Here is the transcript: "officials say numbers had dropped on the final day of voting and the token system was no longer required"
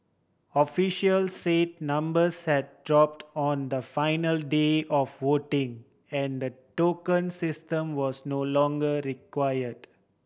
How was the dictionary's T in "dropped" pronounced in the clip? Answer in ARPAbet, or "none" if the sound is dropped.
T